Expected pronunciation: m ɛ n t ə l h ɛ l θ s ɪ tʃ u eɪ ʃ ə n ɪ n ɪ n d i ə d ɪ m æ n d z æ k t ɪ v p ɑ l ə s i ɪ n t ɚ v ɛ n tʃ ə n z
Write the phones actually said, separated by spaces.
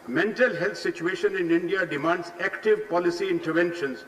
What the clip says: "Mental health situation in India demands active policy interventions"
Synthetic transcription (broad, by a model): m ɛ n t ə l h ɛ l t s ɪ tʃ u eɪ ʃ ə n ɪ n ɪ n d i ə d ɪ m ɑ n d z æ k t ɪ v p ɑ l ə s i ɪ n t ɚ v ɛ n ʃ ə n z